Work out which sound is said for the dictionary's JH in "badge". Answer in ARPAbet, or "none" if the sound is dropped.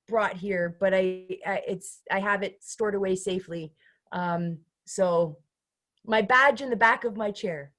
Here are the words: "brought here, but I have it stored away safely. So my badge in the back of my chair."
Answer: JH